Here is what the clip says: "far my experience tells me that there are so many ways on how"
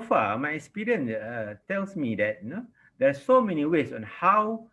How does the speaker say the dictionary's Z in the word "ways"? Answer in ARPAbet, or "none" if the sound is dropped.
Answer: S